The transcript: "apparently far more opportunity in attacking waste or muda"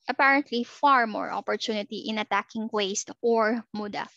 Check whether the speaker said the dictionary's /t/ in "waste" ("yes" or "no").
yes